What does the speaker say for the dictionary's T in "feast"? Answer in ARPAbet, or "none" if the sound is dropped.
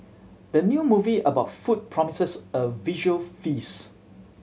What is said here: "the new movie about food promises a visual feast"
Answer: none